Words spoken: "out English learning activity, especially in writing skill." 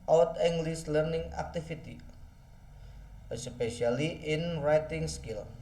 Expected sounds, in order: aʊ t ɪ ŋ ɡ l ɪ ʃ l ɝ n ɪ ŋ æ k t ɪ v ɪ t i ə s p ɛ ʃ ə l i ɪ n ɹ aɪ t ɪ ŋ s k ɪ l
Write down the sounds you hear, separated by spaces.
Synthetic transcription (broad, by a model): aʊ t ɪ ŋ ɡ l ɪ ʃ l ɝ n ɪ ŋ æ k t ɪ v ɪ t i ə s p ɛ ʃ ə l i ɪ n ɹ aɪ t ɪ ŋ s k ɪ l